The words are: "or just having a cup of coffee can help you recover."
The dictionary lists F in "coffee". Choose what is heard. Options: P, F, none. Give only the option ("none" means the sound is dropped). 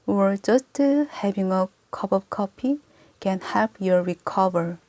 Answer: P